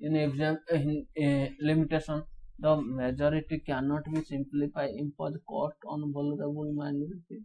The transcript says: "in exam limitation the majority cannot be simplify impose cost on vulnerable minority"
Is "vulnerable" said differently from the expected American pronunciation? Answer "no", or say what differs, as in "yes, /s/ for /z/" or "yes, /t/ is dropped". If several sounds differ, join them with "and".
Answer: yes, /n/ is dropped